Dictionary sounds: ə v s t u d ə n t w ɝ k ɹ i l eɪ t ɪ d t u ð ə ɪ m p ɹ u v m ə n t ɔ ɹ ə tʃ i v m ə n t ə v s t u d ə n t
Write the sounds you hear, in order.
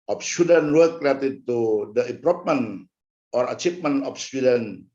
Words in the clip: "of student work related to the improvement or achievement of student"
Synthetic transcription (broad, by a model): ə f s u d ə n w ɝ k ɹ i eɪ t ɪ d t u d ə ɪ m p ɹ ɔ p m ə n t ɔ ɹ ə tʃ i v m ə n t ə f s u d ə n